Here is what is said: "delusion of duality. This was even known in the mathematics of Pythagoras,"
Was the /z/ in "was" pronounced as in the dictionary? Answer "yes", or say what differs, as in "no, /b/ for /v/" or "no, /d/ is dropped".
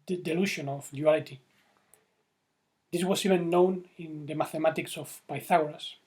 no, /s/ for /z/